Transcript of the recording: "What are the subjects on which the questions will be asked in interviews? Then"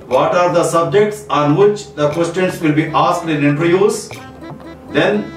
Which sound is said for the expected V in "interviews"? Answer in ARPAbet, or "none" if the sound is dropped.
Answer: none